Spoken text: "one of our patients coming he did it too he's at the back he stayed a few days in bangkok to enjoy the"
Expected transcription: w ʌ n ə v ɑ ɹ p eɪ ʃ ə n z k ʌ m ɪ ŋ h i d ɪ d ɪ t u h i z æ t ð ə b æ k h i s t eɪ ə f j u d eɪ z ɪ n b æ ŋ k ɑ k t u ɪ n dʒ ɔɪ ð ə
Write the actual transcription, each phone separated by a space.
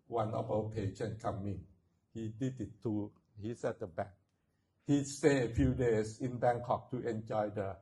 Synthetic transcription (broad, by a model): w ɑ n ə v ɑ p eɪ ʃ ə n k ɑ m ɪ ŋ h i d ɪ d ɪ t u h i s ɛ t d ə b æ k h i s t eɪ ə f j u d eɪ s ɪ n b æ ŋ k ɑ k t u ɪ n dʒ ɔɪ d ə